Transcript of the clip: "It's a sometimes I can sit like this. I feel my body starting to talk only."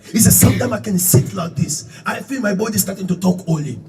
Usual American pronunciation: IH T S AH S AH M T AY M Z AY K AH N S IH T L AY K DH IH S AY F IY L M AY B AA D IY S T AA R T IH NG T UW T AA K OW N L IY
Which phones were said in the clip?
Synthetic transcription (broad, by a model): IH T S AH S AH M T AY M AY K AH N S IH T L AY K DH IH S AY F IY L M AY B AA D IY S T AA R T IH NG T UW T AA K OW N L IY